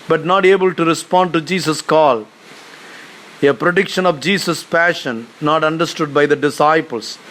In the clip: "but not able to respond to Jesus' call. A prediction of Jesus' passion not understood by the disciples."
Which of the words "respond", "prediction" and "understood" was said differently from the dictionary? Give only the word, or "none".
none